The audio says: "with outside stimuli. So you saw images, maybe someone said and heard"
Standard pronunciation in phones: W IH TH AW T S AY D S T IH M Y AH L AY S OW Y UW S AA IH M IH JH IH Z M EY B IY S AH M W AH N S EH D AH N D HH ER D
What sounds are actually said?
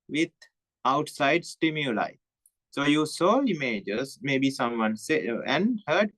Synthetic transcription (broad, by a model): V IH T AW T S AY D S T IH M Y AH L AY S OW Y UW S AA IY M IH JH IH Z M EY B IY S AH M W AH N S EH AH N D HH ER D